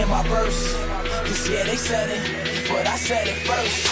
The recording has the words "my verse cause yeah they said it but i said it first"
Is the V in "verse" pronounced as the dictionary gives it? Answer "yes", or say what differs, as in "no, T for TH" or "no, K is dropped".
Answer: no, P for V